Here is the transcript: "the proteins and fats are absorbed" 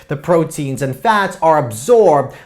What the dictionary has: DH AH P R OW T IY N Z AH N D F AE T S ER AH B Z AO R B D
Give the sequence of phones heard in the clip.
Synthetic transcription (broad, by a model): DH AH P R OW T IY N Z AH N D F AE T S ER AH B Z AO R B D